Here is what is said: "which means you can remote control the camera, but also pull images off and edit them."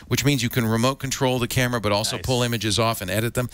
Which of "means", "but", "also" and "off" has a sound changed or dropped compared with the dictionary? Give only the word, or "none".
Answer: none